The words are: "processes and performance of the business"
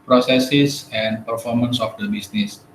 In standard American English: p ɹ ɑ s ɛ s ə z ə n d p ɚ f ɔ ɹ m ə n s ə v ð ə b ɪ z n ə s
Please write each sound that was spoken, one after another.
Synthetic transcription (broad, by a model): p ɹ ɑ s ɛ s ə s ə n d p ɚ f ɔ ɹ m ə n s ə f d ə b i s n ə s